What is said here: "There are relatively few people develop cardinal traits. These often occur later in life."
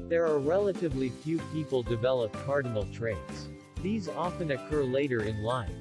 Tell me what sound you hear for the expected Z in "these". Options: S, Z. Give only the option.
Z